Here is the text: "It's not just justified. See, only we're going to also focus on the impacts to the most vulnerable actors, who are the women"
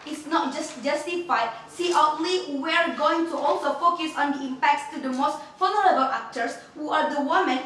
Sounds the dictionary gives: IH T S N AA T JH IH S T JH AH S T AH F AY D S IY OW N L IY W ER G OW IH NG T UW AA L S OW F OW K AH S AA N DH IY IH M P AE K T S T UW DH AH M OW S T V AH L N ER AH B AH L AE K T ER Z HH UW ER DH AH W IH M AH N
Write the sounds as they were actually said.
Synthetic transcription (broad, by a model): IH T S N AA T JH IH S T JH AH S T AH F AY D S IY OW N L IY W ER G OW IH NG T UW AA L S OW F OW K AH S AA N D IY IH M P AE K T S T UW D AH M OW S T F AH N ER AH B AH L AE K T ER S HH UW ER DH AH W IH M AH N